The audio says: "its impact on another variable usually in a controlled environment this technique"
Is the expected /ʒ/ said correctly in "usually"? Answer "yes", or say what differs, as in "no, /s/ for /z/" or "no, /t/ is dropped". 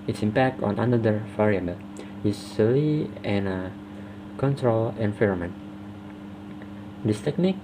no, /s/ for /ʒ/